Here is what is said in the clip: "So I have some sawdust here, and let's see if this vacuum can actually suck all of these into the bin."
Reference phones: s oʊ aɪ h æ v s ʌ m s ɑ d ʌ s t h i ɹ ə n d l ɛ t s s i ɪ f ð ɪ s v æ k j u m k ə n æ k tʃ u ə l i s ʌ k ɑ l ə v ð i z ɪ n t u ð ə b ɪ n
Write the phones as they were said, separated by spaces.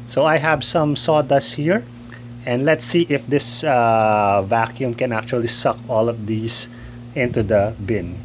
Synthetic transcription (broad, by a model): s oʊ aɪ h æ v s ʌ m s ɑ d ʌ s h i ɹ ə n d l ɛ t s s i ɪ f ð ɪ s v æ k j u m k ə n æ k tʃ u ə l i s ʌ k ɑ l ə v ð i s ɪ n t u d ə b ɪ n